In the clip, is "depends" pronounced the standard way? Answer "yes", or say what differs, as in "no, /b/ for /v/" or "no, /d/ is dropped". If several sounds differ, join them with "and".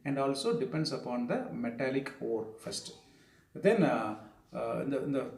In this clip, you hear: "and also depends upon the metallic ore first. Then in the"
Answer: no, /s/ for /z/